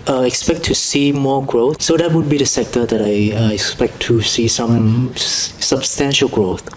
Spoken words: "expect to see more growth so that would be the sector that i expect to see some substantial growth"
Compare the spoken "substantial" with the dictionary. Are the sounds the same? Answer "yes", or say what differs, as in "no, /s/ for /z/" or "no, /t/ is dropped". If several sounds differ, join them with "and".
yes